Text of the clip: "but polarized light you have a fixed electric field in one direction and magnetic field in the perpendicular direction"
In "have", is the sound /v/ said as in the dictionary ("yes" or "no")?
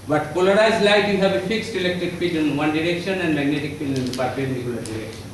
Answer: no